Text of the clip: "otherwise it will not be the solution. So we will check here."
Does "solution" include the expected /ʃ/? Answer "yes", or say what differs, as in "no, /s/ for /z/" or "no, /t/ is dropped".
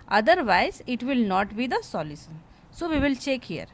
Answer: no, /s/ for /ʃ/